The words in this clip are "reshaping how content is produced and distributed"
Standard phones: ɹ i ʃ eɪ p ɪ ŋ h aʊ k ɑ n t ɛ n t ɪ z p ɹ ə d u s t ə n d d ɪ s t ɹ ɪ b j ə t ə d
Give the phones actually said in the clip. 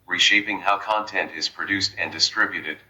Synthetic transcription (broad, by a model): ɹ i ʃ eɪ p ɪ ŋ h aʊ k ɑ n t ɛ n t ɪ z p ɹ ə d u s t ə n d d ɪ s t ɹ ɪ b j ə t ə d